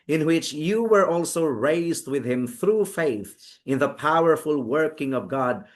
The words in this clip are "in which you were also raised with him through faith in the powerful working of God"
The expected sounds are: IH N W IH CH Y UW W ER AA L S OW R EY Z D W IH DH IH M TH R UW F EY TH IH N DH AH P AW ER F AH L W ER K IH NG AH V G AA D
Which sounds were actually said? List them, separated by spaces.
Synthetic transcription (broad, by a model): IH N W IH CH Y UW W ER AA L S OW R EY Z D W IH DH IH M TH R UW F EY TH IH N DH AH P AW ER F AH L W ER K IH NG AH V G AA D